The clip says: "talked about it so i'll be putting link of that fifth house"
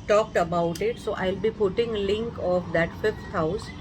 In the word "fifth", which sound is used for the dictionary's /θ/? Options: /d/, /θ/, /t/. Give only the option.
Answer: /t/